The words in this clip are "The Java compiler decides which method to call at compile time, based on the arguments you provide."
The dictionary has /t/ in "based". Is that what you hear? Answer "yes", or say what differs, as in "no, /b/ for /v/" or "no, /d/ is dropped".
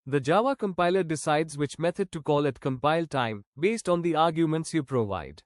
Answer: yes